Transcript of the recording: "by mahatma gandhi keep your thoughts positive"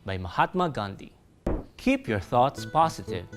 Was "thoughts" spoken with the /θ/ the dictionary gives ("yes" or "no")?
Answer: yes